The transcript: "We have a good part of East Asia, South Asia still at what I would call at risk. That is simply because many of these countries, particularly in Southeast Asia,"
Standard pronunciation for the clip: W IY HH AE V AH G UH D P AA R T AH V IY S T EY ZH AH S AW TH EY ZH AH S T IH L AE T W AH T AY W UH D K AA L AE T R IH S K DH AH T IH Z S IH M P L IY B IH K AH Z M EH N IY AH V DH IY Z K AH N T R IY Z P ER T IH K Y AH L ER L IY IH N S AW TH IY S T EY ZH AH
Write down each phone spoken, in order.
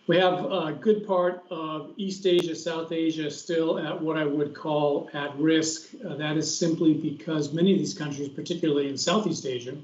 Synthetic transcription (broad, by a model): W IY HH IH V G UH D P AA R T AH V IY S T EY ZH AH S AW TH EY ZH AH S T IH L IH T W AH T AY W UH D K AA L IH T R IH S K DH AH T IH Z S IH M P L IY B IH K AH Z M EH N IY AH V DH IY Z K AH N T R IY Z P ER T IH K Y L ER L IY IH N S AW TH IY S T EY ZH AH